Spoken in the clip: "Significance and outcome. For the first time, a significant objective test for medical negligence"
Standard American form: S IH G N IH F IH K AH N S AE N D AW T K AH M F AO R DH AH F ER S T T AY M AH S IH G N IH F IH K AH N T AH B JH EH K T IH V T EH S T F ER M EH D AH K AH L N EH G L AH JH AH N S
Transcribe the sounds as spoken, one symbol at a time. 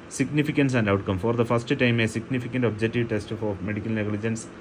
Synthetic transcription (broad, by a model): S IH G N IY F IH K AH N S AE N D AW T K AH M F AO R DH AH F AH S T T AY M AH S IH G N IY F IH K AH N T AH B JH EH K T IH V T EH S T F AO M EH D AH K AH L N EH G L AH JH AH N S